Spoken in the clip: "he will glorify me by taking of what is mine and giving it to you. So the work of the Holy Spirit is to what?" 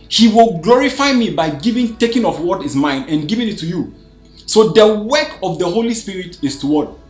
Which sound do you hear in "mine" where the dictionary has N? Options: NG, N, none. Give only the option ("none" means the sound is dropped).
N